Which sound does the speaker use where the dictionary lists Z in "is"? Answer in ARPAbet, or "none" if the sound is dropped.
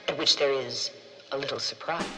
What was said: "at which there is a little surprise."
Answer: Z